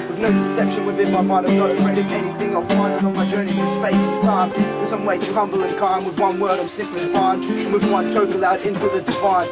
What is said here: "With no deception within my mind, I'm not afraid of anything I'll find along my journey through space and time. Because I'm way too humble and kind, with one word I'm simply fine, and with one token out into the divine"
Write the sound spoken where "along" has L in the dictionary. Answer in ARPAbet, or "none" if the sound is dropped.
none